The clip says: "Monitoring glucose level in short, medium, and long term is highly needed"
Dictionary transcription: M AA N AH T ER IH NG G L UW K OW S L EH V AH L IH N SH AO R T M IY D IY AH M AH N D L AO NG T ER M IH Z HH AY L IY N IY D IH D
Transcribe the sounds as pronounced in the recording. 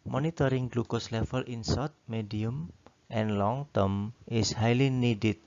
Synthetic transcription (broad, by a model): M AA N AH T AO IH NG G L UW K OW S L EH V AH L IH N S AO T M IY D IY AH M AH N L AO NG T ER M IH S HH AY L IY N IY D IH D